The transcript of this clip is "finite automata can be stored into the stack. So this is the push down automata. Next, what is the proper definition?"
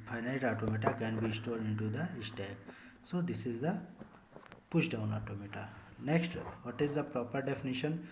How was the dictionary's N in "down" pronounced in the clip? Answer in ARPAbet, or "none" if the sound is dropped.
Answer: N